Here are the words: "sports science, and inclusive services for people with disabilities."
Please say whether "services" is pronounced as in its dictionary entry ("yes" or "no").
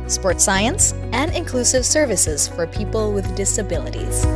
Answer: yes